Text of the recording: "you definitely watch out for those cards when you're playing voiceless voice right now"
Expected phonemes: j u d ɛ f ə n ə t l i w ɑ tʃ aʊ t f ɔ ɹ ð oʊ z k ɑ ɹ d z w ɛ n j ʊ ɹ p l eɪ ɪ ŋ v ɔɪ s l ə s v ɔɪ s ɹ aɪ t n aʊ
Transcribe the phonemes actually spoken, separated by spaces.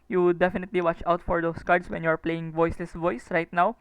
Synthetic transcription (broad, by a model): j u d ɛ f ə n ə t l i w ɑ tʃ aʊ t f ɔ ɹ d oʊ s k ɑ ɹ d s w ɛ n j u ɹ p l eɪ ɪ ŋ v ɔɪ s l ə s v ɔɪ s ɹ aɪ t n aʊ